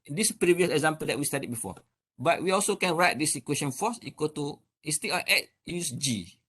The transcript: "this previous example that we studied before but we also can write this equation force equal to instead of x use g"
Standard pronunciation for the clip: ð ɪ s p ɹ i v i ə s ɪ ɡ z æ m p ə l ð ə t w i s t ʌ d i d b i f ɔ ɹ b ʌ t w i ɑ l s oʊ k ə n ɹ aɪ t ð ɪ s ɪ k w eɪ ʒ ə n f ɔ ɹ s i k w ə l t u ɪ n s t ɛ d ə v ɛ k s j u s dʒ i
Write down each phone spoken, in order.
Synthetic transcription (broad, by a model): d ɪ s p ɹ i v i ə s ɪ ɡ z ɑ m p ə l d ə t w i s t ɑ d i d b i f ɔ b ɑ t w i ɑ l s oʊ k ə n ɹ aɪ t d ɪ s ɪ k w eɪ ʃ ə n f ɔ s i k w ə t u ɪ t s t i ə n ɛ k j u s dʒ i